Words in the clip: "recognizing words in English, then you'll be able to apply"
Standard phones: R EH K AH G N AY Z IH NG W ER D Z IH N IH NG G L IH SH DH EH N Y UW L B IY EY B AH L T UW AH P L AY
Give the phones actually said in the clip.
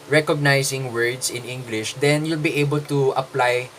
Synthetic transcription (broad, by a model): R EH K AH G N AY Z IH NG W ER D S IH N IH NG G L IH SH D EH N Y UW L B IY EY B AH L T UW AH P L AY